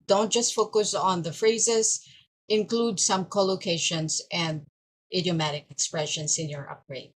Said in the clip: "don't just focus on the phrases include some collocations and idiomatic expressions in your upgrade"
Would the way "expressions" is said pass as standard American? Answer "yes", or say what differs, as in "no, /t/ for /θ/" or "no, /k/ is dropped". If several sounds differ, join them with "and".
no, /s/ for /z/